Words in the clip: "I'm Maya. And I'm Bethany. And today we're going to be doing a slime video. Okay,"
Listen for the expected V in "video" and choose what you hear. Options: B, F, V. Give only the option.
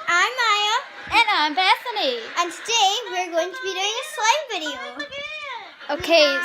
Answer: B